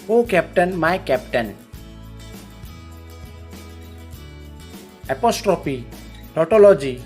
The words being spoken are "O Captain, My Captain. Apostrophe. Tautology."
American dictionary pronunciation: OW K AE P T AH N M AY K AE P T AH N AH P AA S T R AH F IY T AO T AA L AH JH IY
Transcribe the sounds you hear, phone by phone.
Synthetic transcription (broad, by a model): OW K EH P T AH N M AY K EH P T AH N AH P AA S T R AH P IY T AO T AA L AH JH IY